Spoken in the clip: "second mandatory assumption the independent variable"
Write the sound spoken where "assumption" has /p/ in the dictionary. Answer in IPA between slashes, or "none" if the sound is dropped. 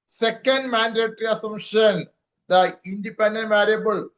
none